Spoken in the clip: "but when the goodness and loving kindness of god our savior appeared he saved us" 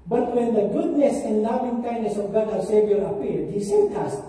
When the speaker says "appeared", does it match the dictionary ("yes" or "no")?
no